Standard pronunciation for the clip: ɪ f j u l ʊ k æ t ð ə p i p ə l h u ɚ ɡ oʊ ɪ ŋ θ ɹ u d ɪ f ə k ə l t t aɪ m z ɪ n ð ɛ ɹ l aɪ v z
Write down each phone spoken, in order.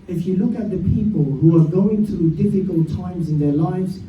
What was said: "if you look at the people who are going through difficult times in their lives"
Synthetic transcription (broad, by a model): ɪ f j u l ʊ k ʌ t ð ə p i p ə l h u ɚ ɡ oʊ ɪ ŋ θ ɹ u d ɪ f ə k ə l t t aɪ m z ɪ n ð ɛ ɹ l aɪ v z